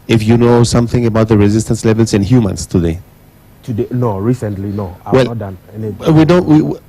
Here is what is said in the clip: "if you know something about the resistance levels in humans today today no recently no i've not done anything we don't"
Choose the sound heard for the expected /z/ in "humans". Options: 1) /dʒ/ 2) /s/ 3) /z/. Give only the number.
2